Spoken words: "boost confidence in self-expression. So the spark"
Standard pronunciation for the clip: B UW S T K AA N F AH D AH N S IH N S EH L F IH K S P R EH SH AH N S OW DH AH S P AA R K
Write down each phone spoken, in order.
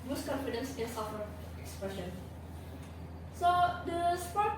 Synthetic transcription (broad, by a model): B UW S K AA N F AH D AH N S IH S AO F IH K S P R EH SH AH N S OW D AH S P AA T